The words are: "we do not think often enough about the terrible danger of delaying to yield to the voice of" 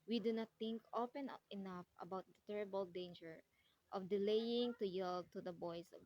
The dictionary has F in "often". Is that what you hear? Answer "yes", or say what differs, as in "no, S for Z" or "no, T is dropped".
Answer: no, P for F